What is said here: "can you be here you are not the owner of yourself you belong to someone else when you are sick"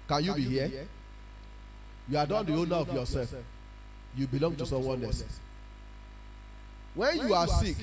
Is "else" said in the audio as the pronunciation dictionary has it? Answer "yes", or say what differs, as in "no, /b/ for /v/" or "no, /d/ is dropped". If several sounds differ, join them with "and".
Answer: no, /l/ is dropped